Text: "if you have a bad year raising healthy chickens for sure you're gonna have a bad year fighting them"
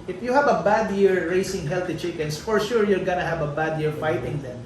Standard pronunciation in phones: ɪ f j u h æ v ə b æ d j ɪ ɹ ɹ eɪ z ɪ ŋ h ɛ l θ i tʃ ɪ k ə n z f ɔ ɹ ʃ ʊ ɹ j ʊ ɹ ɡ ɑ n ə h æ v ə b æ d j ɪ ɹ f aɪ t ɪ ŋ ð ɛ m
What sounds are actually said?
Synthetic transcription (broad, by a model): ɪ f j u h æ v ə b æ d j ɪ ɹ ɹ eɪ s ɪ ŋ h ɛ l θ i tʃ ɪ k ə n s f ɔ ɹ ʃ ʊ ɹ j ʊ ɹ ɡ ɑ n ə h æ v ə b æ d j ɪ ɹ f aɪ t ɪ ŋ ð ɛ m